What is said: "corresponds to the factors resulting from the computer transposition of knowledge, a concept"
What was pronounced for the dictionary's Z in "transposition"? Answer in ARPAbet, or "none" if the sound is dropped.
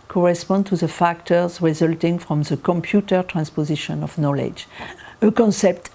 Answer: Z